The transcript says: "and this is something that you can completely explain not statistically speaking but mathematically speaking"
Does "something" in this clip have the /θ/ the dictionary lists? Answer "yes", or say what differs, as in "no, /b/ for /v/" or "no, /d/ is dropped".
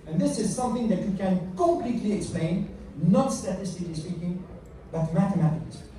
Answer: yes